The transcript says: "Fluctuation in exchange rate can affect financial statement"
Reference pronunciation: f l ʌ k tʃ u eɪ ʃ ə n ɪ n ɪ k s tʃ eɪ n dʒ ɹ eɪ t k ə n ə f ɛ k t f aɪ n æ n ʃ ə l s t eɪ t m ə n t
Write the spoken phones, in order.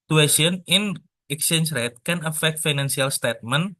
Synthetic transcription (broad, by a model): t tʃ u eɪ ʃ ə n ɪ n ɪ k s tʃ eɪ n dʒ ɹ eɪ t k ə n ə f ɛ k t f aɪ n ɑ n s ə l s t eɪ t m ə n